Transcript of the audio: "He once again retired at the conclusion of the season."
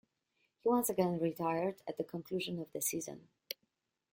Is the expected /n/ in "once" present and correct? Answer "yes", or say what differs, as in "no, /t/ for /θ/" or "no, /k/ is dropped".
yes